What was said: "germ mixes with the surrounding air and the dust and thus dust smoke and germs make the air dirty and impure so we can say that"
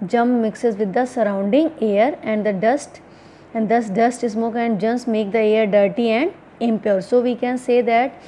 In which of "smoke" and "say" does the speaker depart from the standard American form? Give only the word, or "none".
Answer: none